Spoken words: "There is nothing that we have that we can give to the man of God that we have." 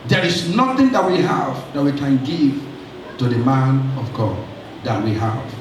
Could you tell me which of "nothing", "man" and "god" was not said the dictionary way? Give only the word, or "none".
none